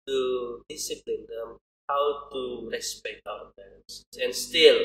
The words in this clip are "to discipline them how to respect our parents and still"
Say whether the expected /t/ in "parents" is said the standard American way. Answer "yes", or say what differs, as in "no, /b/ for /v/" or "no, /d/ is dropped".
no, /s/ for /t/